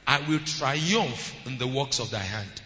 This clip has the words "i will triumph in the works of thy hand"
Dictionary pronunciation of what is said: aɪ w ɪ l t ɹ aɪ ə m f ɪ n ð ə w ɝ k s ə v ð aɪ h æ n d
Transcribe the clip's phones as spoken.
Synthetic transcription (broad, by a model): aɪ w ɪ l t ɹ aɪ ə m f ɪ n ð ə w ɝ k s ə v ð aɪ h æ n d